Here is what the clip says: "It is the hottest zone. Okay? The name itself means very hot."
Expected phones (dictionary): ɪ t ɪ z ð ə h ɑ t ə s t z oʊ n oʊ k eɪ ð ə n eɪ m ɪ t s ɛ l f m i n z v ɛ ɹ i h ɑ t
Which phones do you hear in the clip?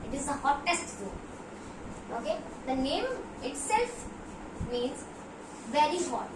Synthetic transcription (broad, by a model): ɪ t ɪ z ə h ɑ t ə s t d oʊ oʊ k eɪ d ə n eɪ m ɪ t s ɛ l f m i n z v ɛ ɹ i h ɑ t